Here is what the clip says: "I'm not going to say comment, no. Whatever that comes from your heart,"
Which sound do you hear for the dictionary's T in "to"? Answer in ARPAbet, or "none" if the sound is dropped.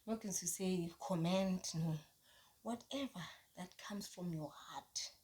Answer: S